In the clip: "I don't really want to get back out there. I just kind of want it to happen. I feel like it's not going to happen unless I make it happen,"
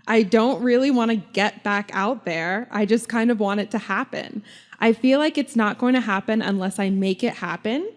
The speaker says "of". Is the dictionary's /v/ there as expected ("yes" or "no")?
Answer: yes